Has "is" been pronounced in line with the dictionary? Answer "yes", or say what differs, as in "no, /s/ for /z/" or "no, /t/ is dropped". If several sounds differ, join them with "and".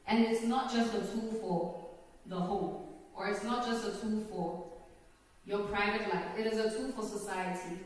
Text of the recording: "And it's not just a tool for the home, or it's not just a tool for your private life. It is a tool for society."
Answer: yes